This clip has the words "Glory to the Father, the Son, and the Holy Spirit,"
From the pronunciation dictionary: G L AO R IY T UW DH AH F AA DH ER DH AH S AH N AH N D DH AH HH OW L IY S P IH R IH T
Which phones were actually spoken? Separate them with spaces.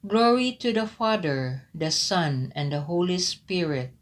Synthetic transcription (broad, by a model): G L AO R IY T UW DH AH F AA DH ER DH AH S AH N AH N D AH HH OW L IY S P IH R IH T